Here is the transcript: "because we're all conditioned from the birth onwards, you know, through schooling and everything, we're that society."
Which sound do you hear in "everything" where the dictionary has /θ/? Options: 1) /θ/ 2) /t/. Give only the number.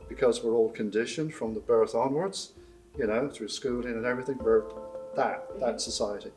1